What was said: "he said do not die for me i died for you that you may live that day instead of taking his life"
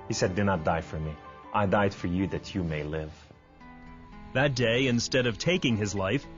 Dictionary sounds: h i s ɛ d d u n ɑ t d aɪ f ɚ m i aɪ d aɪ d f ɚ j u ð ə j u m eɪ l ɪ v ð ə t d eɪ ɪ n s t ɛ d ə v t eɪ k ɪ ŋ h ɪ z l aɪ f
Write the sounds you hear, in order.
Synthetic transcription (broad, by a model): h i s ɛ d d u n ɑ t d aɪ f ɚ m i aɪ d aɪ d f ɚ j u ð ə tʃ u m eɪ l ɪ v ð ə t d eɪ ɪ n s t ɛ d ə v t eɪ k ɪ ŋ ɪ z l aɪ f